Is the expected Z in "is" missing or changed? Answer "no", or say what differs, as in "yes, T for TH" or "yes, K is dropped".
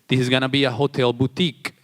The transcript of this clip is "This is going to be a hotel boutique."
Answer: no